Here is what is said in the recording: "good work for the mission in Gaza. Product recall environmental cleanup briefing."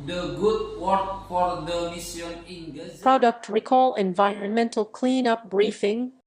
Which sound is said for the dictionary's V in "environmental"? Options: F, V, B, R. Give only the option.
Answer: V